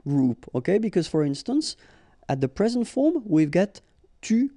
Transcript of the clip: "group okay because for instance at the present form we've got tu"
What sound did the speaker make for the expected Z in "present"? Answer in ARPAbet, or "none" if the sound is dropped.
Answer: Z